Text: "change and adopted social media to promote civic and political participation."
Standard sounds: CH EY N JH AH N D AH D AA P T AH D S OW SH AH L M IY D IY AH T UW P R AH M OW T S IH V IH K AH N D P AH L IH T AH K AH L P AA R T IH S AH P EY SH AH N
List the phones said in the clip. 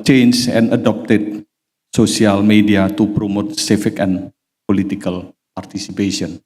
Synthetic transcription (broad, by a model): CH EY N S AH N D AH D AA P T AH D S OW S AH L M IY D IY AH T UW P R AH M OW T S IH F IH K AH N P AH L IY T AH K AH L P AA R T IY S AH P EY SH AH N